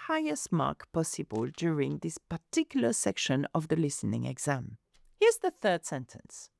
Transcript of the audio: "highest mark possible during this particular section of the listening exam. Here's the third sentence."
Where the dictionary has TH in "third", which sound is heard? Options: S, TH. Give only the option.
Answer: TH